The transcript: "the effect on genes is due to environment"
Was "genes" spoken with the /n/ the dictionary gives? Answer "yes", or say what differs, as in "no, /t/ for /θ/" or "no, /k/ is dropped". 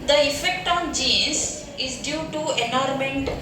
no, /n/ is dropped